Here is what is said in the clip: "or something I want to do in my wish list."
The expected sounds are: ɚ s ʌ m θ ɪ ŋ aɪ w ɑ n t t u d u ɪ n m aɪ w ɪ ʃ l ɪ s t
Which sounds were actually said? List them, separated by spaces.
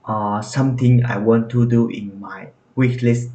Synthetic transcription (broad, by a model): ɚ s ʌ m t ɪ ŋ aɪ w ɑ n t t u d u ɪ n m aɪ w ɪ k l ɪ s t